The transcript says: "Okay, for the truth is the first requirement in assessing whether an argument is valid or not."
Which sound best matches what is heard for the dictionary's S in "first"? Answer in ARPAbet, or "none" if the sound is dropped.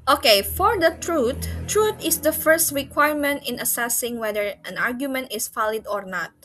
S